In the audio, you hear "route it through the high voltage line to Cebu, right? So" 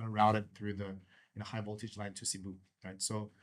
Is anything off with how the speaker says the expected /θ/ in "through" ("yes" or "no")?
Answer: no